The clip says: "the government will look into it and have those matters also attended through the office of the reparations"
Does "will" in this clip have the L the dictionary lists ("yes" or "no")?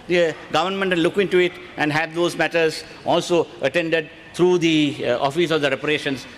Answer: no